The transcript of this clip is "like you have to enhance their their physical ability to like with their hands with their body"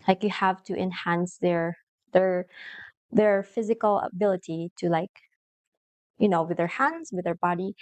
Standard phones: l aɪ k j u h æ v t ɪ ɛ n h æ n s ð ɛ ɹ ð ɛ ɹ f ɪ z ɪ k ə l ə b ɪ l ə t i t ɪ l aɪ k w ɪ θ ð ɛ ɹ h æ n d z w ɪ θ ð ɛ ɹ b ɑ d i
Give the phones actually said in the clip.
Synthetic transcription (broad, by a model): l aɪ k j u h æ v t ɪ ɛ n h æ n s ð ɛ ɹ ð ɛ ɹ f ɪ z ɪ k ə l ə b ɪ l ə t i t ɪ l aɪ k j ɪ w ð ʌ ɹ h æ n d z w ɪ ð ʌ ɹ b ɑ d i